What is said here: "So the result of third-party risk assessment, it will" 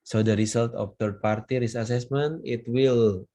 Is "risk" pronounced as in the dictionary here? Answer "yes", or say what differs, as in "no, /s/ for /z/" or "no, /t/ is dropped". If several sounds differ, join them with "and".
no, /k/ is dropped